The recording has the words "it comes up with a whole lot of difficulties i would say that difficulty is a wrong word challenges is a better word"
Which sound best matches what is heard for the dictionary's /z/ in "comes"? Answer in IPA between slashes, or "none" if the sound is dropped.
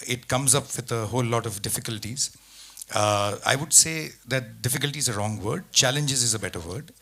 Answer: /z/